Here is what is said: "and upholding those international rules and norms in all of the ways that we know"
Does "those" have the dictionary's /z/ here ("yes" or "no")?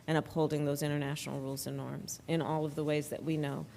yes